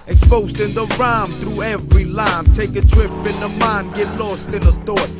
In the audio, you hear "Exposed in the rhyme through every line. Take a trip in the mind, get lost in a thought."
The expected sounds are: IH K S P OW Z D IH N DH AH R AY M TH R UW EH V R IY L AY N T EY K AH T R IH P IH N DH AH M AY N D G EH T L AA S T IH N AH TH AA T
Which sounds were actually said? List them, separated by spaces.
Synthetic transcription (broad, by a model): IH K S P OW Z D IH N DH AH R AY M TH R UW EH V R IY L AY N T EY K AH T R IH P IH N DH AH M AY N G EH T L AA S T IH N AH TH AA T